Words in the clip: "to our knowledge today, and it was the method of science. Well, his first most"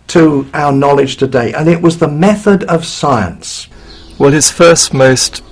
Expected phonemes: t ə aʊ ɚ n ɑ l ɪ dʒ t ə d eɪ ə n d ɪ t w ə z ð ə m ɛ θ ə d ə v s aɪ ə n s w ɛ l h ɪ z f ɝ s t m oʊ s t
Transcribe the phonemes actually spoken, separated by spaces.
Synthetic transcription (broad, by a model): t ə aʊ ɚ n ɑ l ɪ dʒ t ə d eɪ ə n ɪ t w ə z ð ə m ɛ θ ə d ə v s aɪ ə n s w ɛ l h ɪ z f ɝ s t m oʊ s t